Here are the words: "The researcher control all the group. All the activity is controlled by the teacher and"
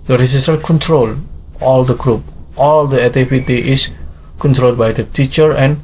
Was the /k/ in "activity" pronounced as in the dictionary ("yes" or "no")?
no